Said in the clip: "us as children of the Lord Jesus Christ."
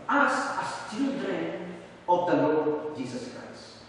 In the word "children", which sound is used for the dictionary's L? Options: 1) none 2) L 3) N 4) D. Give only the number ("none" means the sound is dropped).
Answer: 1